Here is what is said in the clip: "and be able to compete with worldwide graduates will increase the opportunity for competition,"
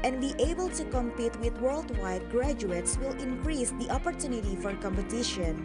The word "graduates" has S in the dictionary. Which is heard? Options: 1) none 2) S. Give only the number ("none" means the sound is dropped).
2